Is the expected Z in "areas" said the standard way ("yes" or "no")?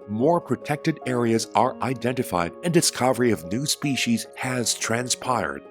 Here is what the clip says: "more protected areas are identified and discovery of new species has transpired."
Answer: yes